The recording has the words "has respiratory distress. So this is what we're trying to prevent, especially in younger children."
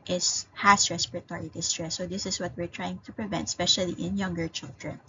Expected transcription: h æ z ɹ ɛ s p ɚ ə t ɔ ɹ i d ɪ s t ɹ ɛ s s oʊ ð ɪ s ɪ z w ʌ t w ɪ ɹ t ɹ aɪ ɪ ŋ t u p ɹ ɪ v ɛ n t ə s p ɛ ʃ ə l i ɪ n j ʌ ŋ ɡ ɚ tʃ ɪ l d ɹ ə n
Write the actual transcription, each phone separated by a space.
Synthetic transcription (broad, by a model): h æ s ɹ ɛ s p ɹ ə t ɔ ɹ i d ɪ s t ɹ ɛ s s oʊ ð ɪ s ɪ s w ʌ t w ɪ ɹ t ɹ aɪ ɪ ŋ t u p ɹ ɪ v ɛ n t s p ɛ ʃ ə l i ɪ n j ʌ ŋ ɡ ɚ tʃ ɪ l d ɹ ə n